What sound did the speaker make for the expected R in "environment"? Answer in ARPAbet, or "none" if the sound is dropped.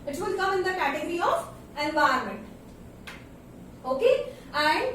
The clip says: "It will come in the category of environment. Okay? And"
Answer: none